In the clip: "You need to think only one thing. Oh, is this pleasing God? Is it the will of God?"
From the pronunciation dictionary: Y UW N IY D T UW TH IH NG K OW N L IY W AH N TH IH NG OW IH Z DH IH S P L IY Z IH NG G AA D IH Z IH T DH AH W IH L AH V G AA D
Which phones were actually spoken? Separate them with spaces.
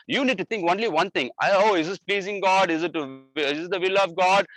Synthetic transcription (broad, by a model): Y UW N IY D T UW T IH NG K OW N L IY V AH N T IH NG OW IH Z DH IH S P L IY Z IH NG G AA D IH Z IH T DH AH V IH L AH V G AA D